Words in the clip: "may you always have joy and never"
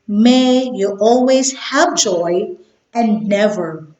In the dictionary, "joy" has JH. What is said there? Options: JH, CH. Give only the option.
JH